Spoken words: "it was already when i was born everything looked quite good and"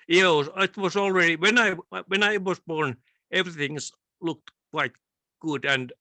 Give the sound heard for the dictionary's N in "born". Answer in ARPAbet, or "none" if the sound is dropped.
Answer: N